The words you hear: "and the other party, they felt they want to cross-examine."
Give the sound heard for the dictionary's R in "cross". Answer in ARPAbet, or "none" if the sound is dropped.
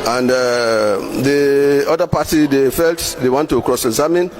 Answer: R